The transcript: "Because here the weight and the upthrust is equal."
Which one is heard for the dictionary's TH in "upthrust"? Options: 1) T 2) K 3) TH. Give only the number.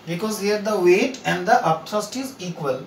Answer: 1